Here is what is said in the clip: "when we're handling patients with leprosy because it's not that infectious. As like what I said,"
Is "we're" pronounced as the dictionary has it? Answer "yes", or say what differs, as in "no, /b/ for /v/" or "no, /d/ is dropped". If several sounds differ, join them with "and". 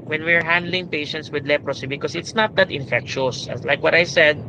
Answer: yes